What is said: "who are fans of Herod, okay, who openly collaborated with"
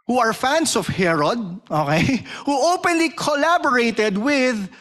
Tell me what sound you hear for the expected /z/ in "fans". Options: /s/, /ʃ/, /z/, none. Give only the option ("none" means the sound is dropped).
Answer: /s/